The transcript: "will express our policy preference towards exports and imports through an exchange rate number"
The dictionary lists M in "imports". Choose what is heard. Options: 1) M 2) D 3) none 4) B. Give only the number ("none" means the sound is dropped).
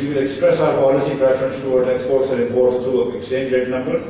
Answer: 3